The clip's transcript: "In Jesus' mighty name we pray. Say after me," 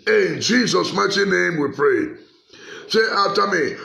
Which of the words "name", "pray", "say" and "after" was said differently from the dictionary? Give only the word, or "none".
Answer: after